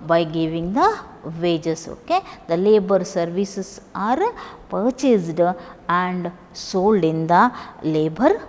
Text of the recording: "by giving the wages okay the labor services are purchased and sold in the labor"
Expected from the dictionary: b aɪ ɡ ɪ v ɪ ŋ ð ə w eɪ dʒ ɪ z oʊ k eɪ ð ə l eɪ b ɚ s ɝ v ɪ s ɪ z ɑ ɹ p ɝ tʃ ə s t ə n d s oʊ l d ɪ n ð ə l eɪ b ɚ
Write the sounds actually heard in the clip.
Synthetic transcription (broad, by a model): b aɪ ɡ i v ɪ ŋ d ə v eɪ dʒ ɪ s oʊ k eɪ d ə l eɪ b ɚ s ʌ v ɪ s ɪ s ɑ ɹ p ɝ tʃ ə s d ə n d s oʊ l d ɪ n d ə l eɪ b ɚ